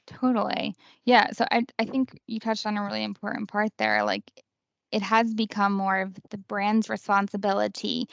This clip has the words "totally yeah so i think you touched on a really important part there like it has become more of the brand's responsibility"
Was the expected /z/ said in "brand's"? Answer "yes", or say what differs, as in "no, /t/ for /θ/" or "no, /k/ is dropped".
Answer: yes